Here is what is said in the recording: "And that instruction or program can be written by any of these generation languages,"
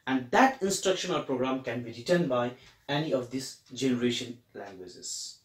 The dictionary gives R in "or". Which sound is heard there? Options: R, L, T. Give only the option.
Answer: L